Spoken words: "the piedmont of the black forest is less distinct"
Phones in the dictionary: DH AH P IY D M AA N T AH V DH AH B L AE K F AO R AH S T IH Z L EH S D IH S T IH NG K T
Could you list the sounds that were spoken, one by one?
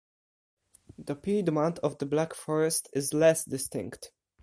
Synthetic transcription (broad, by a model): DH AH P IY D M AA N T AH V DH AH B L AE K F AO R AH S T IH Z L EH S D IH S T IH NG K T